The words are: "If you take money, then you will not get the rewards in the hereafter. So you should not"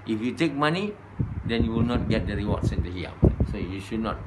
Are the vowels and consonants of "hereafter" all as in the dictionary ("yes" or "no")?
no